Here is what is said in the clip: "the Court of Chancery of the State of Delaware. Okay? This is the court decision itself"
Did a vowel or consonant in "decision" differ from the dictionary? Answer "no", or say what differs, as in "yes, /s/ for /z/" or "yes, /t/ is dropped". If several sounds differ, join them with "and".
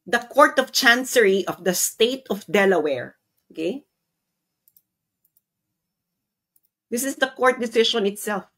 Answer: yes, /ʃ/ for /ʒ/